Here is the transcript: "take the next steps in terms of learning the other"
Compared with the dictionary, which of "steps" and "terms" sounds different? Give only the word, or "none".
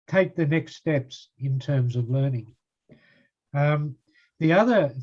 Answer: none